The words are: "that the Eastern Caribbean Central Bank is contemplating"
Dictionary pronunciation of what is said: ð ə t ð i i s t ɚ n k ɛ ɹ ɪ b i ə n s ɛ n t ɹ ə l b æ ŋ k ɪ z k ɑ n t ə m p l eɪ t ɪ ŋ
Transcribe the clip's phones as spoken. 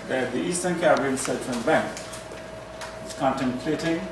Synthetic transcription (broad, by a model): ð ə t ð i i s t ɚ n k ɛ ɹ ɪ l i s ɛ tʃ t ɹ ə n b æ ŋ k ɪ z k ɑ n t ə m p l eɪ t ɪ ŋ